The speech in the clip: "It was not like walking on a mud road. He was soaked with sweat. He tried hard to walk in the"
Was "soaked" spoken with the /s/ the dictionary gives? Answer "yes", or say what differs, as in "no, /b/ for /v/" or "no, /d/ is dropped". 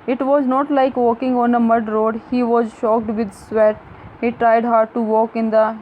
no, /ʃ/ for /s/